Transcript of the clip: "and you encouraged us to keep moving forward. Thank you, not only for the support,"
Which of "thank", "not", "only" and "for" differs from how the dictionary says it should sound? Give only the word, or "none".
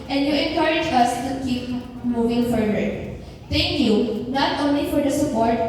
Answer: thank